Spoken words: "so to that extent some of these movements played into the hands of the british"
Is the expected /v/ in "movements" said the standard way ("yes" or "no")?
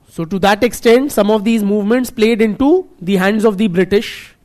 yes